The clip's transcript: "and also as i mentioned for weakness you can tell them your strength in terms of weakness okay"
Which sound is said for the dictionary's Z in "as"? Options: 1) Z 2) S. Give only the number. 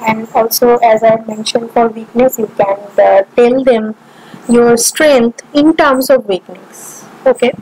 1